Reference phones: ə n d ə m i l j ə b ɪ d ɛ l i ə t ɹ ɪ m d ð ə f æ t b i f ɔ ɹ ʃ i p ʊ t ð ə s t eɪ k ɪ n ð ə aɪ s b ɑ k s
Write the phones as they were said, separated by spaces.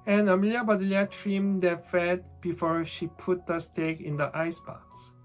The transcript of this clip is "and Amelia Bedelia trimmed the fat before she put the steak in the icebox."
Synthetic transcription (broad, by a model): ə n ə m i l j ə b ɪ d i l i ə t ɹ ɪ m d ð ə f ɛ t b i f ɔ ɹ ʃ i p ʊ t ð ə s t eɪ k ɪ n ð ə aɪ s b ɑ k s